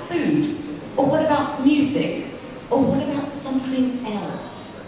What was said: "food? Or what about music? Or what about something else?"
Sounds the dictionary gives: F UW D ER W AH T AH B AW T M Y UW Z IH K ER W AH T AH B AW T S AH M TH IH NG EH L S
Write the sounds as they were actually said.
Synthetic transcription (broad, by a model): F UW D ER W AH T AH B AW T M Y UW Z IH K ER W AH T AH B AW T S AH M TH IH NG EH L S